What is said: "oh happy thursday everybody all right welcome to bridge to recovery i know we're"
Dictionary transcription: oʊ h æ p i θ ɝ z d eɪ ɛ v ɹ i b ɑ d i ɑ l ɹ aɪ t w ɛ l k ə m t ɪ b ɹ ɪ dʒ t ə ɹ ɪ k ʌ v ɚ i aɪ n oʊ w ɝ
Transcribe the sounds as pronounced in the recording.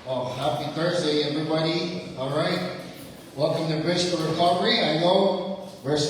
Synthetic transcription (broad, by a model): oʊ h æ p i θ ɝ z d eɪ ɛ v ɹ i b ɑ d i ɑ l ɹ aɪ t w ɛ k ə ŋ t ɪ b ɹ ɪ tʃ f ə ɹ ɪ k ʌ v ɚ i aɪ n oʊ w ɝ